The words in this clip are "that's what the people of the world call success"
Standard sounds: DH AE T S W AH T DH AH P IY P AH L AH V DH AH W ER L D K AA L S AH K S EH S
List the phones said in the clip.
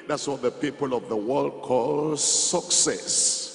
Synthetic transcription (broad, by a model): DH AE T S W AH T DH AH P IY P AH L AH V DH AH W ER L D K AA L S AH K S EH S